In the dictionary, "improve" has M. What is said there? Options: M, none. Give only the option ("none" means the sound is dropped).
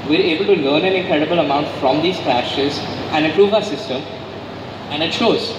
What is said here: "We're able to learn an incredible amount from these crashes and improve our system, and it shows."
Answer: none